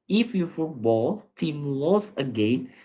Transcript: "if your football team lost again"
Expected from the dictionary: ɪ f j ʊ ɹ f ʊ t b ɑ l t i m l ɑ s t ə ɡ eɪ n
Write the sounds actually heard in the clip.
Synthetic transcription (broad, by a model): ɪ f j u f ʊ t b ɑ l t i m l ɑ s ə ɡ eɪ n